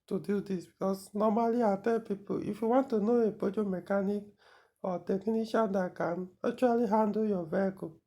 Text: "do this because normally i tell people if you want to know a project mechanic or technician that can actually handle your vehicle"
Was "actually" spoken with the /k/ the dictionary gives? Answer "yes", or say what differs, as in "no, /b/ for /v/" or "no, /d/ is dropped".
no, /k/ is dropped